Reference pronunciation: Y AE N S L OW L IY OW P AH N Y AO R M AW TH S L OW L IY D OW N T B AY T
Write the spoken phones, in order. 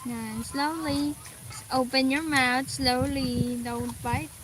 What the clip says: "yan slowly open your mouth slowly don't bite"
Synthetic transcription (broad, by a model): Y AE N S L OW L IY OW P AH N Y AO R M AW T S L OW L IY D OW N T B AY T